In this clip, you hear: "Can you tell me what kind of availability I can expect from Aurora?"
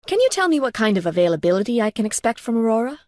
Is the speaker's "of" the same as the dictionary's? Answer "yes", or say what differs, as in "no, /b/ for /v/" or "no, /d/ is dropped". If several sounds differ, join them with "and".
yes